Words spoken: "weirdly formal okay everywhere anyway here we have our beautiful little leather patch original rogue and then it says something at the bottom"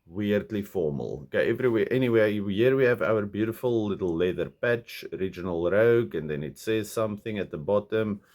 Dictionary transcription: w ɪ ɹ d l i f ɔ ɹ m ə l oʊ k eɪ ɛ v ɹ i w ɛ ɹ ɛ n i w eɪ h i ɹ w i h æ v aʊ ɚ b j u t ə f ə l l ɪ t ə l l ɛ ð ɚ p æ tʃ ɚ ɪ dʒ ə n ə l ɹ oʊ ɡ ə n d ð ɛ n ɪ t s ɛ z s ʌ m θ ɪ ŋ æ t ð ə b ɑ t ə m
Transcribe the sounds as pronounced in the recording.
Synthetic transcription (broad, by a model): w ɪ ɹ d l i f ɔ ɹ m ə l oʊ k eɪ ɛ v ɹ i w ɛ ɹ ɛ n i w eɪ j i ɹ w i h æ v aʊ ɚ b j u t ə f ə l l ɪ t l l ɛ ð ɚ p æ tʃ ɚ ɪ dʒ ə n ə l ɹ oʊ ɡ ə n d ð ɛ n ɪ t s ɛ z s ʌ m θ ɪ ŋ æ t ð ə b ɑ t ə m